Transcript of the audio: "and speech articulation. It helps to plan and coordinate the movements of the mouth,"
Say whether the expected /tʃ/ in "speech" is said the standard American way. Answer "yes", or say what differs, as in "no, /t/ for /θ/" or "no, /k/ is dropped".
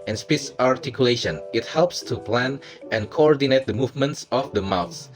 no, /s/ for /tʃ/